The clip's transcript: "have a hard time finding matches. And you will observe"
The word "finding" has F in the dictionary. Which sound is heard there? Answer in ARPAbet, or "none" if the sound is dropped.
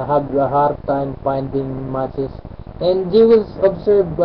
P